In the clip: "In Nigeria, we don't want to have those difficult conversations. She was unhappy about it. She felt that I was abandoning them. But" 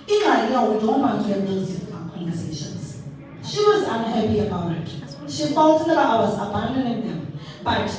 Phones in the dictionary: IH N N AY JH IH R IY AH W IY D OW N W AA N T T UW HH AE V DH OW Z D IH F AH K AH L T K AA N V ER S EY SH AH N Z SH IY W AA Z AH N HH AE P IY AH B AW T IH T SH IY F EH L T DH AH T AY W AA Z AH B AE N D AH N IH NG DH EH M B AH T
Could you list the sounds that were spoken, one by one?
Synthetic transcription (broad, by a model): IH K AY IH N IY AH W IY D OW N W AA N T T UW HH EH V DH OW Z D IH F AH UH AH K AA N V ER S EY SH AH N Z SH IY W AA Z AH N HH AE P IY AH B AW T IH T SH IY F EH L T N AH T AY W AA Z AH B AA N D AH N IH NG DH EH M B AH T